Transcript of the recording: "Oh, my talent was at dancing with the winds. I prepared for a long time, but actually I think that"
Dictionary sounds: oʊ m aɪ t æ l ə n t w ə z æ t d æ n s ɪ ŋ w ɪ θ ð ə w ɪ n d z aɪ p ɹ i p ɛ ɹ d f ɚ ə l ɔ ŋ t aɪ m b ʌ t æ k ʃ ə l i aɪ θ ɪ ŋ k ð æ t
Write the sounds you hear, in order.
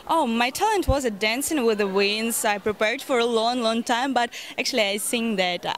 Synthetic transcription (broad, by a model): oʊ m aɪ t æ l ə n t w ə z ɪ d æ n s ɪ ŋ w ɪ ð ə w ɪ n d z aɪ p ɹ i p ɛ ɹ d f ɚ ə l ɔ ŋ t aɪ m b ʌ t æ k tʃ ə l i aɪ s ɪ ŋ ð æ t